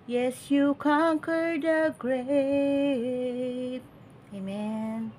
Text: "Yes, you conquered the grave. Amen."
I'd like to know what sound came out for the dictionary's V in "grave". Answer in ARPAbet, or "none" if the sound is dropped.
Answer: P